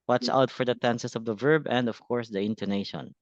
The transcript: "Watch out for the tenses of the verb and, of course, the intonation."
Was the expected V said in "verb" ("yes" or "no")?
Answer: yes